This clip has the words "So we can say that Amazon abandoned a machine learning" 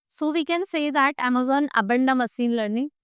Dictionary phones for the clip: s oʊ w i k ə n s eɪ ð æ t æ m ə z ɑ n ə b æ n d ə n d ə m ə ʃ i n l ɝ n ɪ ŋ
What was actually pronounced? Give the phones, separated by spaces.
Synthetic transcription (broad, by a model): s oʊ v i k ə n s eɪ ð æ t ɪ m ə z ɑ n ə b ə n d ə m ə s i n l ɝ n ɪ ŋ